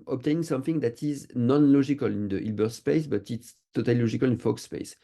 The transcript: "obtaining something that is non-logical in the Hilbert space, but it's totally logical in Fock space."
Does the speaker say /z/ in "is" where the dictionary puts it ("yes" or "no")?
yes